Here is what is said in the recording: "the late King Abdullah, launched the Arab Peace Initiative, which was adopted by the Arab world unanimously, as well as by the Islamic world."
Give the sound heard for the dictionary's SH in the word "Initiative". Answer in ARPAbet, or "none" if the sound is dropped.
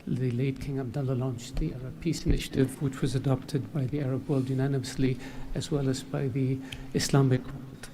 SH